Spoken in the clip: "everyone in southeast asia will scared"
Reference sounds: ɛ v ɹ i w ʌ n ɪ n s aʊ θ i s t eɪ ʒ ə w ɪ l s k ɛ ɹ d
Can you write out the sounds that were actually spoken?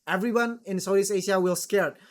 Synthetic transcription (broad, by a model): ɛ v ɹ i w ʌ n ɪ n s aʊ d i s eɪ ʃ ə w ɪ l s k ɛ ɹ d